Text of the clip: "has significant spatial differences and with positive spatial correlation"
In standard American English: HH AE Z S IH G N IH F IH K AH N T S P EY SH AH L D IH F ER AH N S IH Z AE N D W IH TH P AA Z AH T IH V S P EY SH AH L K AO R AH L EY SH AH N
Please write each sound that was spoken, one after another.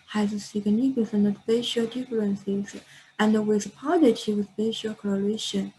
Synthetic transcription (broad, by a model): HH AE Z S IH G N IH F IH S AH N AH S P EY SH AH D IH F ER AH N S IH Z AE N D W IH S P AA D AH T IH W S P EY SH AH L K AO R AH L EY SH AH N